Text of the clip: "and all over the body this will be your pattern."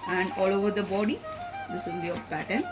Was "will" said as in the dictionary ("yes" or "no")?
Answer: no